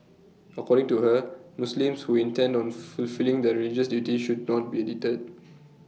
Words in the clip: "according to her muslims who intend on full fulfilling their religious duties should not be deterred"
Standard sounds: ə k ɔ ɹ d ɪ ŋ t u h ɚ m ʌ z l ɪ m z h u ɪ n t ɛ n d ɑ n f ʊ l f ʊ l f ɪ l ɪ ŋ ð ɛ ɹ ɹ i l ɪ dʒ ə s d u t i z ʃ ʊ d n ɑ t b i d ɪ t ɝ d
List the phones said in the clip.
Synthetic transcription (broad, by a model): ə k ɔ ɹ d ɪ ŋ t u h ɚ m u s l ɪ m s h u ɪ n t ɛ n d ɑ n f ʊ l f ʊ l l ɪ ŋ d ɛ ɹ ɹ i l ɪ dʒ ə s d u t i ʃ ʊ d n ɑ t b i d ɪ t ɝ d